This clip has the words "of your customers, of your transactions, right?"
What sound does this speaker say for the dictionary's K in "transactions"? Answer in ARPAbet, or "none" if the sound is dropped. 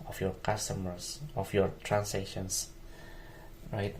none